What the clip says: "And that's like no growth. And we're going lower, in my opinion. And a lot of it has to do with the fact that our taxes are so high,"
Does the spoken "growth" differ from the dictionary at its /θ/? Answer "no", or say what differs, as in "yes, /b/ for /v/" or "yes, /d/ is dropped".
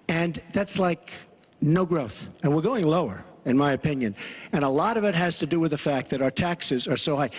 no